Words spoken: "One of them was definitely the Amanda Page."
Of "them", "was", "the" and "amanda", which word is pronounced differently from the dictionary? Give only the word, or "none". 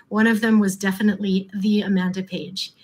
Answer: none